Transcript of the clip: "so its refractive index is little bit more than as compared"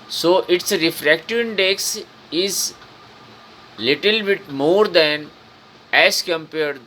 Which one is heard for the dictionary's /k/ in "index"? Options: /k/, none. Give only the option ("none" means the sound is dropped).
/k/